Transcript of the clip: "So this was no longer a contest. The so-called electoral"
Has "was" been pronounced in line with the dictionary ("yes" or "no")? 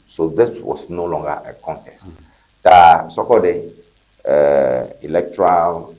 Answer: no